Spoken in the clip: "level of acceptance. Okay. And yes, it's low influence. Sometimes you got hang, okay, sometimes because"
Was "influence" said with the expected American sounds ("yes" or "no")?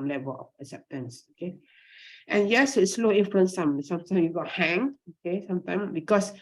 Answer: no